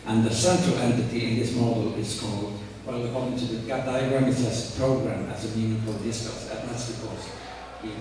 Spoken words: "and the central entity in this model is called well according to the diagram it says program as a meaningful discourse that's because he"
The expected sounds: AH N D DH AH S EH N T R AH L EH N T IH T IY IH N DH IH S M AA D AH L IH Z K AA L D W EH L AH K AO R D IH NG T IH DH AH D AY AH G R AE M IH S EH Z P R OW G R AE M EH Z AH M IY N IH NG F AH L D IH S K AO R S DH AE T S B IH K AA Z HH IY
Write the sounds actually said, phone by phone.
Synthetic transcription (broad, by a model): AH N DH AH S EH N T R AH L EH N T IH T IY IH N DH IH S M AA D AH L IH Z K AA L D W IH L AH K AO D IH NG T IH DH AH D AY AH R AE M IH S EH S P R OW G R AE M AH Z AH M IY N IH F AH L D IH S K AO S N DH AE T S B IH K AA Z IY